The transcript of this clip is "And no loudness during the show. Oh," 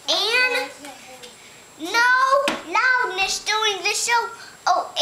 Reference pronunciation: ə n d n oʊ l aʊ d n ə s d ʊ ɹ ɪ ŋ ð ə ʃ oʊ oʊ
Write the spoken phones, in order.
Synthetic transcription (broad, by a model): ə n n oʊ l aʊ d n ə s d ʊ ɪ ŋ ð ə ʃ oʊ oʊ